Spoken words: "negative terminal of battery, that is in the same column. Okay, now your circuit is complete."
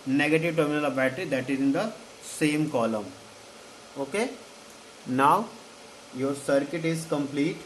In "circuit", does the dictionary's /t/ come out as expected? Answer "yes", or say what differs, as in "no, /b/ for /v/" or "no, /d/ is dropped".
yes